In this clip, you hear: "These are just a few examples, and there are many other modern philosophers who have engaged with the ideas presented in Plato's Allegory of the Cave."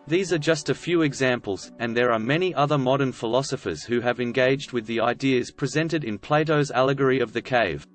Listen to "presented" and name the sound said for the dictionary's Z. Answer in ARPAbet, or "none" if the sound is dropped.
Z